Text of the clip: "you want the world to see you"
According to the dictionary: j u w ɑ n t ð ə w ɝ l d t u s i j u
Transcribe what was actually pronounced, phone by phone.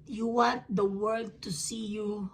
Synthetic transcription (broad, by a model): j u w ɑ n t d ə w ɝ d t u s i j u